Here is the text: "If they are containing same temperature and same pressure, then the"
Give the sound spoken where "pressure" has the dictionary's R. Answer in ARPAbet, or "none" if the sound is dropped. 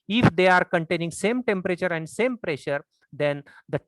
R